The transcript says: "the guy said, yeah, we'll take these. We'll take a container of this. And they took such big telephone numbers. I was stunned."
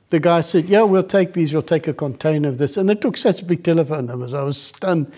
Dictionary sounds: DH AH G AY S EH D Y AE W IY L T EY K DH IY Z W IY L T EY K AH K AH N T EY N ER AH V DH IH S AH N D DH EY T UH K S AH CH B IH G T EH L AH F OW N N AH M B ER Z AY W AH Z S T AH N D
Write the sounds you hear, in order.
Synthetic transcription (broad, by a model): DH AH G AY S EH D Y AE W IY L T EY K DH IY Z W IY L T EY K AH K AH N T EY N ER AH V DH IH S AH N DH EY T UH K S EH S B IH G T EH L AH F OW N N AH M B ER Z AY W AH Z S T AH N